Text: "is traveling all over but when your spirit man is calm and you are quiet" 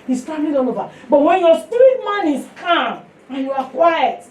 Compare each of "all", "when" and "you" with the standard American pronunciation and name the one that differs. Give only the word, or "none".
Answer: all